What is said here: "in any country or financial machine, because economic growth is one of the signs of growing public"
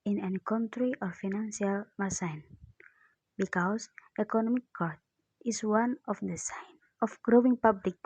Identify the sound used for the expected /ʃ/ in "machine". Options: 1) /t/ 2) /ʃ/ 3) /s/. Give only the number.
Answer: 3